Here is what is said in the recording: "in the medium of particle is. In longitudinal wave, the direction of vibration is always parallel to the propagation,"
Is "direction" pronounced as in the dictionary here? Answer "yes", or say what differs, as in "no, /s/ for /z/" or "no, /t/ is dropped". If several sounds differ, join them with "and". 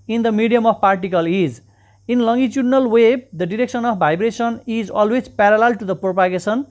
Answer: no, /s/ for /ʃ/